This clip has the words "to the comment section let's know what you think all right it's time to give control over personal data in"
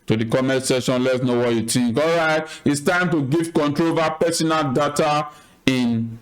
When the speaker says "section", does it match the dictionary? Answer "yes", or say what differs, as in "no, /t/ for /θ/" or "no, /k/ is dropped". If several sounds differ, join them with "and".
no, /k/ is dropped